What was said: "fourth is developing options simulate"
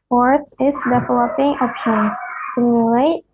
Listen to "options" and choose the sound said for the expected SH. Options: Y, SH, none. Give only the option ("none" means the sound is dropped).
none